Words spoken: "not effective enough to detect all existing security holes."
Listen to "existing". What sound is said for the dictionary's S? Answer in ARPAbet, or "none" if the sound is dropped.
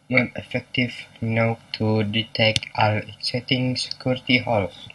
none